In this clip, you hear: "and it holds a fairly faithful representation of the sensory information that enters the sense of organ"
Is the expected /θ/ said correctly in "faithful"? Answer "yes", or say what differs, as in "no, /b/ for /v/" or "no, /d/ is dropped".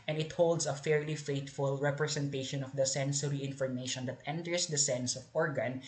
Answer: no, /t/ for /θ/